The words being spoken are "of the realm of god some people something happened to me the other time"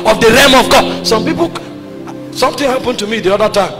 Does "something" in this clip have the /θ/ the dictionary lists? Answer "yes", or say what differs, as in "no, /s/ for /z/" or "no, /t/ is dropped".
no, /t/ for /θ/